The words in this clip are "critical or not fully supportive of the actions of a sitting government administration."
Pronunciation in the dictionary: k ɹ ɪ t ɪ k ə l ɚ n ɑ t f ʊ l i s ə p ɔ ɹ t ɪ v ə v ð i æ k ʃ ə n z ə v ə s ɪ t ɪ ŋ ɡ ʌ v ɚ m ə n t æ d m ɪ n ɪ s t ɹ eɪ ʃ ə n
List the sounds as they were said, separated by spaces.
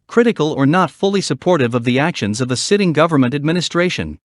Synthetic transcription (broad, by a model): k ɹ ɪ t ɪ k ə l ɚ n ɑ t f ʊ l i s ə p ɔ ɹ t ɪ v ə v ð i æ k ʃ ə n z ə v ə s ɪ t ɪ ŋ ɡ ʌ v ɚ m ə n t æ d m ɪ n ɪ s t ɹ eɪ ʃ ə n